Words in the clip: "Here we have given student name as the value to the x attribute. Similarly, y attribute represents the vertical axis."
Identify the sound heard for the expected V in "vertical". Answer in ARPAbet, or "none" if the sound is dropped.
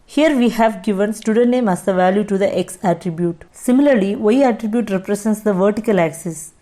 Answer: V